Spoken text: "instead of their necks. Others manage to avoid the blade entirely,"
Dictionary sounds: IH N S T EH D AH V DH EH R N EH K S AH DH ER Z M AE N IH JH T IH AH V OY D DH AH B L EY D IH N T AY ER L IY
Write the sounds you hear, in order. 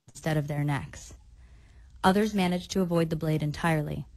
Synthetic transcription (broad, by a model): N S T EH D AH V DH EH R N EH K S AH DH ER Z M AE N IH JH T IH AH V OY D DH AH B L EY D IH N T AY ER L IY